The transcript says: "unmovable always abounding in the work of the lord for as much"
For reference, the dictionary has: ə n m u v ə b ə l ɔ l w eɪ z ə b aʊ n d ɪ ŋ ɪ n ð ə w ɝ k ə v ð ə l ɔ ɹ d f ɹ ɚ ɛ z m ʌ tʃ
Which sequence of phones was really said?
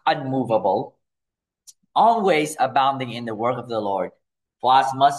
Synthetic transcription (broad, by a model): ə n m u v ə b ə l ɔ l w eɪ z ə b aʊ n d ɪ ŋ ɪ n ð ə w ɝ k ə v ð ə l ɔ ɹ d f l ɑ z m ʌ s